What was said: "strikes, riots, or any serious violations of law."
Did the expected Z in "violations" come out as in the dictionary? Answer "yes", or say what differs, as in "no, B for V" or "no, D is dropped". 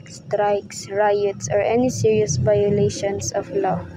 no, S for Z